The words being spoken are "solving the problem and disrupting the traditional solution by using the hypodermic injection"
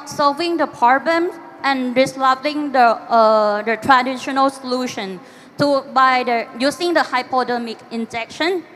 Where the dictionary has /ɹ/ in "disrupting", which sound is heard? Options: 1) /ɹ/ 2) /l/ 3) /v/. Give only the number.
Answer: 2